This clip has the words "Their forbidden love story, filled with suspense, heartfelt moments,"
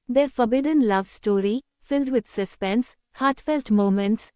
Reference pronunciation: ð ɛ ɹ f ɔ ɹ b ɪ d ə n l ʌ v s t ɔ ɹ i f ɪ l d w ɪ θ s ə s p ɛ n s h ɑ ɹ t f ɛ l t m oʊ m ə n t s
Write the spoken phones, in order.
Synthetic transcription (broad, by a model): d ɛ ɹ f ɔ ɹ b ɪ d ə n l ʌ v s t ɔ ɹ i f ɪ l d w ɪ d s ə s p ɛ n s h ɑ ɹ t f ɛ l t m oʊ m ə n t s